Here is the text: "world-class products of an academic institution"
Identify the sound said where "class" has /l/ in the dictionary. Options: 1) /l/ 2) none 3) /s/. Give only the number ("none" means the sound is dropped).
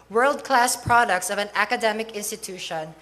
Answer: 1